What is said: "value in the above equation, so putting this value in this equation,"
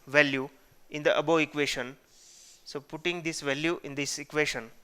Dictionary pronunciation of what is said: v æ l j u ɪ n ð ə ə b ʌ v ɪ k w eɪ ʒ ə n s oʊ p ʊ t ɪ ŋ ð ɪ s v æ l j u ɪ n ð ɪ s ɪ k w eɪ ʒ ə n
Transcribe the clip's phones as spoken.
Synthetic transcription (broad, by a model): v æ l j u ɪ n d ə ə b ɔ ɪ k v eɪ ʃ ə n s oʊ p ʊ t ɪ ŋ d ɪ s v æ l j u ɪ n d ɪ s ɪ k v eɪ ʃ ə n